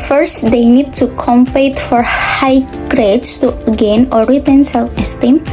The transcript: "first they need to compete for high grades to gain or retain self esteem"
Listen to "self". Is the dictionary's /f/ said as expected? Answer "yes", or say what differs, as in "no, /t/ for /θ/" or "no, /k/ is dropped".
no, /f/ is dropped